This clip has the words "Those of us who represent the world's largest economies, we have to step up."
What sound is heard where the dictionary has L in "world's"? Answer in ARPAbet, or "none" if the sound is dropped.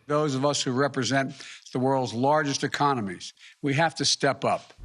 L